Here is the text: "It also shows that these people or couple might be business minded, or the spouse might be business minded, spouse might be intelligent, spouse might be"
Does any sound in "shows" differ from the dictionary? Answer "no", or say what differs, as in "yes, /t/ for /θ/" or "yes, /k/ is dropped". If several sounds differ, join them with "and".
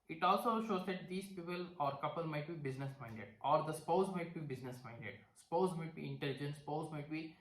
no